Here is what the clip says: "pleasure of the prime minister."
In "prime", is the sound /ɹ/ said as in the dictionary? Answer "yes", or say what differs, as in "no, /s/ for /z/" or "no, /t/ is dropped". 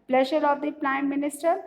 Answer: no, /l/ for /ɹ/